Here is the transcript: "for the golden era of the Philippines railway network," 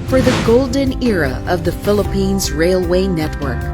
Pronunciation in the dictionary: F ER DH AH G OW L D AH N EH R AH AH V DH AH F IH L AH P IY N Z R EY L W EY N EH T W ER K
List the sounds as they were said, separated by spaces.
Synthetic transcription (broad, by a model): F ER DH AH G OW L D AH N EH R AH AH V DH AH F IH L AH P IY N Z R EY L W EY N EH T W ER K